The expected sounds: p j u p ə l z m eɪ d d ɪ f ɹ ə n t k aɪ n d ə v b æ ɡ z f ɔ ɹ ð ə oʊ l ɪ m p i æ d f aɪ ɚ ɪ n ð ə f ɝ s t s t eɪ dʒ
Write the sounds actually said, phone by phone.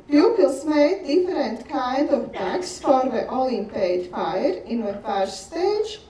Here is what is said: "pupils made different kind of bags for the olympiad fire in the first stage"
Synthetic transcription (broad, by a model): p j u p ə l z m eɪ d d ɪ f ɹ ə n t k aɪ n d ə v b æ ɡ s f ɔ ɹ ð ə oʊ l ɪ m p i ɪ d f aɪ ɚ ɪ n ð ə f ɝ t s t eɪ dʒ